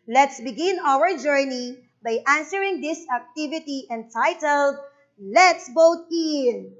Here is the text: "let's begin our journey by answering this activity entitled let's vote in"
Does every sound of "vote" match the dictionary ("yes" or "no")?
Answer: no